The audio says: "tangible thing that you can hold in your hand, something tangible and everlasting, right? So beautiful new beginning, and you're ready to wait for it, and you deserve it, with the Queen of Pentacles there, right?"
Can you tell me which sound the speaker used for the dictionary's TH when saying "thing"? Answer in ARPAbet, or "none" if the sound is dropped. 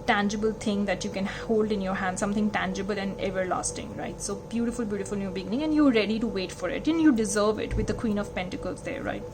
T